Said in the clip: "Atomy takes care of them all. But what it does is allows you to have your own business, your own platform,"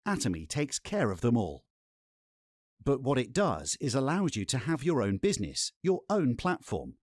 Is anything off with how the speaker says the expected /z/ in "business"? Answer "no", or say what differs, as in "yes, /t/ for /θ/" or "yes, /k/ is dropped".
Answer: no